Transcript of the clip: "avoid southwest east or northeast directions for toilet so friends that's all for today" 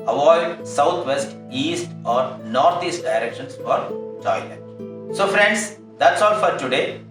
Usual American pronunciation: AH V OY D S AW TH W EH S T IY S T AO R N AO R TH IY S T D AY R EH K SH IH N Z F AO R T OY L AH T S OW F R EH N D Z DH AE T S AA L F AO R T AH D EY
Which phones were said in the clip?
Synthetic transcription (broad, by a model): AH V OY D S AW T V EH S T IY S T AO R N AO R T IY S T D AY R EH K SH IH N S F AO R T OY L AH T S OW F R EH N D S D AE T S AA L F AO R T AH D EY